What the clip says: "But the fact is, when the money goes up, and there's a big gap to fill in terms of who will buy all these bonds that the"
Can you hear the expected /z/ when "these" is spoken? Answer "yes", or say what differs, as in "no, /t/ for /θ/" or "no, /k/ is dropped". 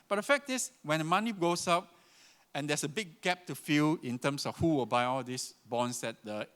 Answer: no, /s/ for /z/